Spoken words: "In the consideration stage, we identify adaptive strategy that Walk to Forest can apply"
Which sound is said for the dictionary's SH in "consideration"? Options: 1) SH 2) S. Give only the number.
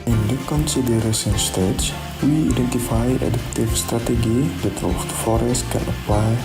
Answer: 2